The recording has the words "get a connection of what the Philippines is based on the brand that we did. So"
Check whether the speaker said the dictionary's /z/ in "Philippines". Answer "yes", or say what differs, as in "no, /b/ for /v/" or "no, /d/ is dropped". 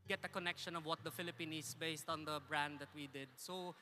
no, /z/ is dropped